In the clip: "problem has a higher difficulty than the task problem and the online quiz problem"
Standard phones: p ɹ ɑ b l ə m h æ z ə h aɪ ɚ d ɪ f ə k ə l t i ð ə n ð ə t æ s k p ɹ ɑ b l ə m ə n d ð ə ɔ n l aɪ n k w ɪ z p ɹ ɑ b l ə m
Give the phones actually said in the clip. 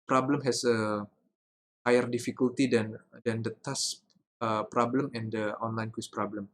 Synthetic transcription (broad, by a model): p ɹ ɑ b l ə m h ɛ s ə h aɪ ɚ d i f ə k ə l t i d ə n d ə t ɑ s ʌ p ɹ ɑ b l ə m ə n d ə ɔ n l aɪ n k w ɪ s p ɹ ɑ b l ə m